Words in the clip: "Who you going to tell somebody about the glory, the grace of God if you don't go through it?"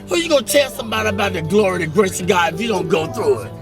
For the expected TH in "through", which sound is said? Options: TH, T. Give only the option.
TH